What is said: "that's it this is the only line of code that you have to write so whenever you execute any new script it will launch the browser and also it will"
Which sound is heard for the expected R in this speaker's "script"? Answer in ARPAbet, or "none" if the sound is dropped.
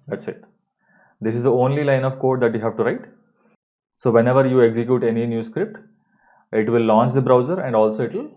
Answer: R